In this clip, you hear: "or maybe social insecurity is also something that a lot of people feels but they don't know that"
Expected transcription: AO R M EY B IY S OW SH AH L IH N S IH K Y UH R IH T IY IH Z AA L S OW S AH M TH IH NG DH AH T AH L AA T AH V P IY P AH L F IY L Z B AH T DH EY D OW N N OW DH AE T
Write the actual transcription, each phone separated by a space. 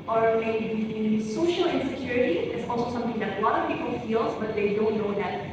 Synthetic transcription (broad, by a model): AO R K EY IY S OW SH AH L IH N S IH K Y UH R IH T IY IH S AA L S OW S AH M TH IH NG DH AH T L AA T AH P IY P AH L F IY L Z B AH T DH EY D OW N N OW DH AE T